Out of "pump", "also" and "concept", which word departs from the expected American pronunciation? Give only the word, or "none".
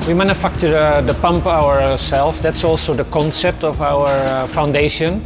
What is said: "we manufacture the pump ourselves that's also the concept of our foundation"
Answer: none